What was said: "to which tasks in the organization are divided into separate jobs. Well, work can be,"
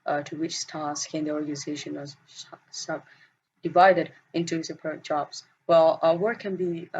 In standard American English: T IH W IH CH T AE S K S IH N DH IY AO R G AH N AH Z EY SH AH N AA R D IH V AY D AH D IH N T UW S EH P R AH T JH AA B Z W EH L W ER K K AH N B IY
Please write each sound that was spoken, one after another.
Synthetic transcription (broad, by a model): T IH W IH CH T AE S K IH N DH IY AO R G AH N AH Z EY SH AH N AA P D IH V AY D AH D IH N T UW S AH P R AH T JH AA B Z W EH L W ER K K AH N B IY